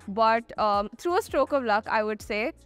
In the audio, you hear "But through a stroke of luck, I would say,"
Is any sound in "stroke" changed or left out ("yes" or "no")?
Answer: no